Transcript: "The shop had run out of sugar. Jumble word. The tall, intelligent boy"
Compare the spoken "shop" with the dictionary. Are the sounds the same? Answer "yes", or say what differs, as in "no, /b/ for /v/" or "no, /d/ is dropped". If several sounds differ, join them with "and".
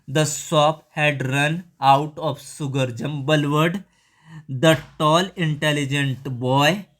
no, /s/ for /ʃ/